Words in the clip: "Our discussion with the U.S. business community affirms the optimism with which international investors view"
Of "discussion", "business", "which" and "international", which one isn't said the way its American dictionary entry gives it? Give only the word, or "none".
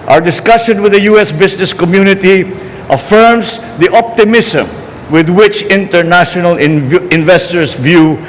business